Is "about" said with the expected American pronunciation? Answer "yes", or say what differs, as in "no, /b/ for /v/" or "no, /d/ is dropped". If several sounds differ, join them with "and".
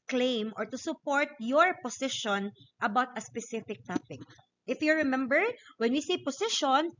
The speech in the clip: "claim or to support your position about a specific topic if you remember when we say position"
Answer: yes